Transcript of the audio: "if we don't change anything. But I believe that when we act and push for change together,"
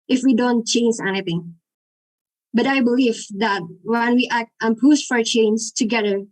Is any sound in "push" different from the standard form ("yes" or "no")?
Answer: yes